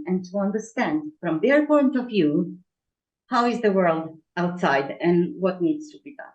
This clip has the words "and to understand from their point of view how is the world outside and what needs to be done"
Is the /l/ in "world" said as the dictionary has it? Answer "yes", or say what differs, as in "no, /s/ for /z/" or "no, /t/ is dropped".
yes